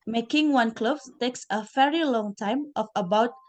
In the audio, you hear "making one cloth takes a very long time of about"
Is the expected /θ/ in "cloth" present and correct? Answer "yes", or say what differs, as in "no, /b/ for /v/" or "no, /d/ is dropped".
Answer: no, /s/ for /θ/